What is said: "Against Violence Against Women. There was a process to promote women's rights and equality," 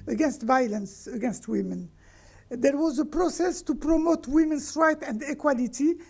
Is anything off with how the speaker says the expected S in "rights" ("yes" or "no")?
yes